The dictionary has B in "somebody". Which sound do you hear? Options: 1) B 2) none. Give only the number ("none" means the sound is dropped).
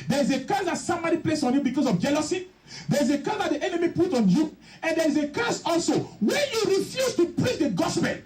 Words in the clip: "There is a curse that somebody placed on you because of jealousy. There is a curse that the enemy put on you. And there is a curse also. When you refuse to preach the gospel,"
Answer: 2